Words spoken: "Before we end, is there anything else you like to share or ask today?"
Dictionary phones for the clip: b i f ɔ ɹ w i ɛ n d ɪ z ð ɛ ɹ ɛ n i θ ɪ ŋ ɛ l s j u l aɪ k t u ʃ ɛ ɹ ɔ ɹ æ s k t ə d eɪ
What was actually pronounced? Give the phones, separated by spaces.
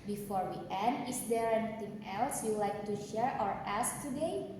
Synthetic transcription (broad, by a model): b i f ɔ ɹ w i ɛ n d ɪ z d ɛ ɹ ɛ n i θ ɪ ŋ ɛ l s j u l aɪ k t u ʃ ɛ ɹ ɔ ɹ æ s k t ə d eɪ